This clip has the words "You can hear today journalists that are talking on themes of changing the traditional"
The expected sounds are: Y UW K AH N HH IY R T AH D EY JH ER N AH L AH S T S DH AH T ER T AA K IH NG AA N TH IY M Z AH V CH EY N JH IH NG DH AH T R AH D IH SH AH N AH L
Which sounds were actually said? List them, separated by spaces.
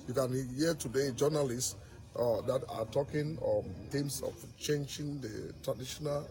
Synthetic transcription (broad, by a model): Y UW K AH N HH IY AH T AH D EY JH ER N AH L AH S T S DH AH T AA T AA K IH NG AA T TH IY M S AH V CH EY N JH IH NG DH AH T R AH D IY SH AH N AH L